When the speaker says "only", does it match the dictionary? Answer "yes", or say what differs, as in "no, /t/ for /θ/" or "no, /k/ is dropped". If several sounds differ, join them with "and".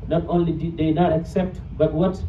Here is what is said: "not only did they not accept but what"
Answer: yes